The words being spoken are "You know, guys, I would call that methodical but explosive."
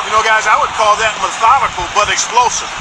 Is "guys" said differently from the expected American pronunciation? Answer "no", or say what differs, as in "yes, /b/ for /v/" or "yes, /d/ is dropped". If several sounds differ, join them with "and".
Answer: no